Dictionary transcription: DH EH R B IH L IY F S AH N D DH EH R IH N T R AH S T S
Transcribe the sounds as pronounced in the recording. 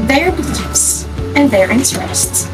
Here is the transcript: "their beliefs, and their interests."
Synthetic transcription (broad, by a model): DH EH R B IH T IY S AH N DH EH R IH N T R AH S T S